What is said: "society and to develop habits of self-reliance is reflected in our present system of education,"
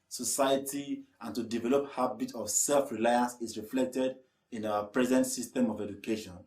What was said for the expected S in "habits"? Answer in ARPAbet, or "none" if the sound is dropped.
none